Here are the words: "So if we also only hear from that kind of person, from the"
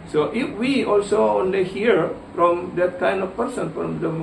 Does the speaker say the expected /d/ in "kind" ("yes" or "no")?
yes